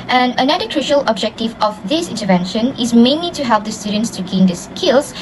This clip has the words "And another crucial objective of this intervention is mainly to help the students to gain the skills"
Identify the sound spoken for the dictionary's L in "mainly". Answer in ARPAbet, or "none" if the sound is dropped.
L